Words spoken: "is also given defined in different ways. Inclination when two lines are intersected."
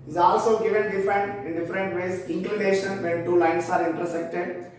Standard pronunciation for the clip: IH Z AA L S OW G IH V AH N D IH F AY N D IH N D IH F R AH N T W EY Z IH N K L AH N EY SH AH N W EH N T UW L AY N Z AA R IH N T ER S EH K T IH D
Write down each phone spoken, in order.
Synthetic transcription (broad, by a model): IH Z AA L S OW G IH V AH N D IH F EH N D IH N D IH F R AH N T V EY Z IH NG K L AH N EY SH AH N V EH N T UW L AY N S AA R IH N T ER S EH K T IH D